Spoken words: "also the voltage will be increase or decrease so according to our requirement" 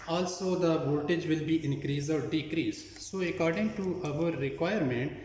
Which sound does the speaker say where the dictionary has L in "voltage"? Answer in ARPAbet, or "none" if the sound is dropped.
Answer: none